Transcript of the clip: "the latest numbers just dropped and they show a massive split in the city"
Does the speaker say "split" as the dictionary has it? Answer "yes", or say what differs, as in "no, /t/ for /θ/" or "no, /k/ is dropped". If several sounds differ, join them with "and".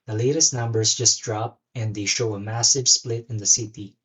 yes